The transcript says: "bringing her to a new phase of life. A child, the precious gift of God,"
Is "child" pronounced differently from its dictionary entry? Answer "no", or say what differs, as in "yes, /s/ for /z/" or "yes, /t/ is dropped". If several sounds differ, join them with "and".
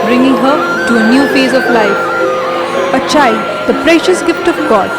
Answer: yes, /l/ is dropped